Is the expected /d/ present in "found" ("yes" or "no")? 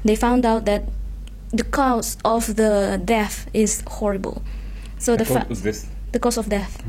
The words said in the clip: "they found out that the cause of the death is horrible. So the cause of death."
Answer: yes